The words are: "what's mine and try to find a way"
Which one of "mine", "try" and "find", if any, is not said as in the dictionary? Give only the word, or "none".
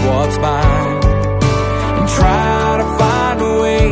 mine